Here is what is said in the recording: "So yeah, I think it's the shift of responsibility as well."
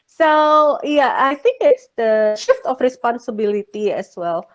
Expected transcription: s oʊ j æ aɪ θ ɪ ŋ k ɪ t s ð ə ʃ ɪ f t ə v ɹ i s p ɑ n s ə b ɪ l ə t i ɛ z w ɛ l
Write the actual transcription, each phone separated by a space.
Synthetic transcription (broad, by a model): s oʊ j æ aɪ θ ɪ ŋ k ɪ t s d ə ʃ ɪ f t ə f ɹ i s p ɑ n s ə b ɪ l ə t i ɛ s w ɛ l